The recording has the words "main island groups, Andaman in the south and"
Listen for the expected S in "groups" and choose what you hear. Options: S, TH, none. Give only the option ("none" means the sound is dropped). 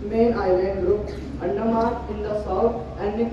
none